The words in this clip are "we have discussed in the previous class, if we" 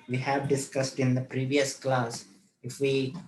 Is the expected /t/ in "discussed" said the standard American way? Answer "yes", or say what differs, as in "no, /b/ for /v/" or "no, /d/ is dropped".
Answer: yes